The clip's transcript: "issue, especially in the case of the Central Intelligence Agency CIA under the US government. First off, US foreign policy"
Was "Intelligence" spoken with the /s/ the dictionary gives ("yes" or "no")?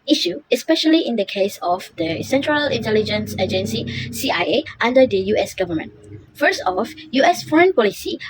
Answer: yes